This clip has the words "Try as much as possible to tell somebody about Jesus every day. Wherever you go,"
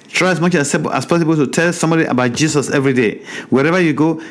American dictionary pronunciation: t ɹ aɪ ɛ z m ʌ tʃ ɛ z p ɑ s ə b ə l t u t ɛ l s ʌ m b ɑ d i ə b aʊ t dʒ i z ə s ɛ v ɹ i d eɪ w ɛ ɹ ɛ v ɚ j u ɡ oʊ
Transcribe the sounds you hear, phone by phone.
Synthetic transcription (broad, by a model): t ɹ aɪ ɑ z m ʌ tʃ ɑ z p ɑ s ə b ə l t u t ɛ l s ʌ m b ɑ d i ə b aʊ t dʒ i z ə s ɛ v ɹ i d eɪ w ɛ ɹ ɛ v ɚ j u ɡ oʊ